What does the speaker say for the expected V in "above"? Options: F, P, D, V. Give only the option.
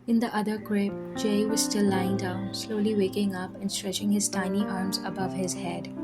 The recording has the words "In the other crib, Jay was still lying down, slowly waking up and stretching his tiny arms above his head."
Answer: V